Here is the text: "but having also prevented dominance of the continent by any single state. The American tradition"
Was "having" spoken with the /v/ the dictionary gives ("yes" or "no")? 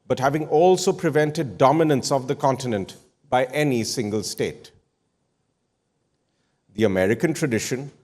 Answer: yes